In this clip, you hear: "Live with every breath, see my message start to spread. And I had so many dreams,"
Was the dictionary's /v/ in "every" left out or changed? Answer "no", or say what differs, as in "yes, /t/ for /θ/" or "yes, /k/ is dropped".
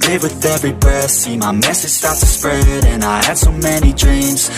no